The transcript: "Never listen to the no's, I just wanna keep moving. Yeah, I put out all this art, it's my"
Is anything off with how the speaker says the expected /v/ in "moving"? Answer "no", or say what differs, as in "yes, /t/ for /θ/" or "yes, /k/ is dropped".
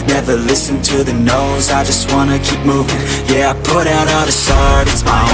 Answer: no